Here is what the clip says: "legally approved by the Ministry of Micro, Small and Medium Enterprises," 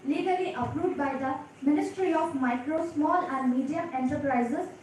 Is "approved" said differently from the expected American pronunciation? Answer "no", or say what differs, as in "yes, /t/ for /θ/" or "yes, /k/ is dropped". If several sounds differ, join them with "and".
yes, /v/ is dropped